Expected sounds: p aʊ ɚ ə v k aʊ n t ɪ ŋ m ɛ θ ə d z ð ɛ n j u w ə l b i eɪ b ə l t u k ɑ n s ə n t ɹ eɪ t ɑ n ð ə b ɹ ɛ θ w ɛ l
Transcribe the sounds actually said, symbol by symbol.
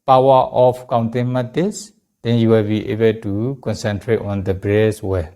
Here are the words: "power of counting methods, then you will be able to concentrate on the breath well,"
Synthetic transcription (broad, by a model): p aʊ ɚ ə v k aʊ n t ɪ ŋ m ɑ t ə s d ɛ n j u w ə l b i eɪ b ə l t u k ɑ n s ə n t ɹ eɪ t ɑ n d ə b ɹ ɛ s w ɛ